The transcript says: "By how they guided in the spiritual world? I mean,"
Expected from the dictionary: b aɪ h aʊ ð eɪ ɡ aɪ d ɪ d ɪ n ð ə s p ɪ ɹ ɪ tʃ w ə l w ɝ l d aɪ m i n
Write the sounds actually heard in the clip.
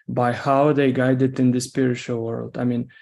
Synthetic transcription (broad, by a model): b aɪ h aʊ ð eɪ ɡ aɪ d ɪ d ɪ n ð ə s p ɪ ɹ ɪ tʃ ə l w ɝ l d aɪ m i n